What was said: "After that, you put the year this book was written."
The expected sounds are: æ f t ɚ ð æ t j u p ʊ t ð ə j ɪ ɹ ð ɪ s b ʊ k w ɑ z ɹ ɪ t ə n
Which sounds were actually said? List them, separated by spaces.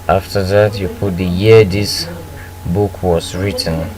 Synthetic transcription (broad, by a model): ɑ f t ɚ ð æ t j u p ʊ t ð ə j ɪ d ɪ s b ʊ k w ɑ s ɹ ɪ t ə n